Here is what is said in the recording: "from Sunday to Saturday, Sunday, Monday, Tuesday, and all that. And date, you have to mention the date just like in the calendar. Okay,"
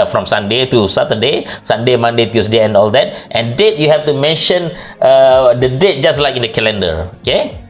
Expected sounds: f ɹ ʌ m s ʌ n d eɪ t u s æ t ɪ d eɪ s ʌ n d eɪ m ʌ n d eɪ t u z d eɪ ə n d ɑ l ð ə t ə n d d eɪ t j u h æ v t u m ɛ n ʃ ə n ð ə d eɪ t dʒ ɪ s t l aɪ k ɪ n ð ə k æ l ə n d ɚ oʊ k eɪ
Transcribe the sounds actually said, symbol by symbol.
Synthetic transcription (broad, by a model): f ɹ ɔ m s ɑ n d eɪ t u s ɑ t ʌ d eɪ s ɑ n d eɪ m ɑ n d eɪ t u s d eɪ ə n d ɑ l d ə t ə n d d eɪ t j u h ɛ f t u m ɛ n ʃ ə n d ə d eɪ t dʒ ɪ s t l aɪ k ɪ n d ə k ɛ l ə n d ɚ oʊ k eɪ